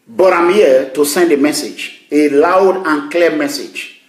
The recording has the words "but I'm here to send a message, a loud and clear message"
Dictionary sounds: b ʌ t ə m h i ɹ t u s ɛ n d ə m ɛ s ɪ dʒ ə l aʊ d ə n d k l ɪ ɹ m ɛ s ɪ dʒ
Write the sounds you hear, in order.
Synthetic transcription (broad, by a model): b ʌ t ə m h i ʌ t u s ɛ n d ə m ɛ s ɪ dʒ ə l aʊ d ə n k l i m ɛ s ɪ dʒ